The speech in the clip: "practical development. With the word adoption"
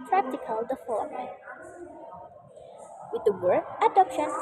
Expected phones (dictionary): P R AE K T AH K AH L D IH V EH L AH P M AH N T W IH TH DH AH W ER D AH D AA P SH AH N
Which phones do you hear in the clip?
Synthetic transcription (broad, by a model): P R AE K T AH K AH L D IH F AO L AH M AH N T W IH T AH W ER AH D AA P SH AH N